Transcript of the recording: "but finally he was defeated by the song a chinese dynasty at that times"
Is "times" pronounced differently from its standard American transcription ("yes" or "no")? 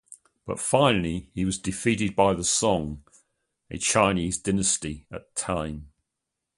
yes